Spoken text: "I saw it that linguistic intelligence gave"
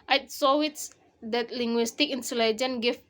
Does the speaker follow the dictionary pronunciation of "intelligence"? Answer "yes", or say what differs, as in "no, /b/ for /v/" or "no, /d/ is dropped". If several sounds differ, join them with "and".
no, /s/ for /t/ and /s/ is dropped